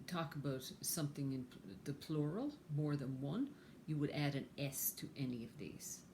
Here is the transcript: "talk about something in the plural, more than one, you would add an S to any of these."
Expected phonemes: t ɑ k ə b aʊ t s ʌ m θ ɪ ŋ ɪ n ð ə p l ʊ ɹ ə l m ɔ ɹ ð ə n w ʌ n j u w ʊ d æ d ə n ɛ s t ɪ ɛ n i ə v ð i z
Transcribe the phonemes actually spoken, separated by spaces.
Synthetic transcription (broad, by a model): t ɑ k ə b aʊ t s ʌ m θ ɪ ŋ ɪ n ð ə p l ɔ ɹ l m ɔ ɹ ð ə n w ʌ n j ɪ w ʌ d æ d ə n ɛ s t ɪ ɛ n i ə v ð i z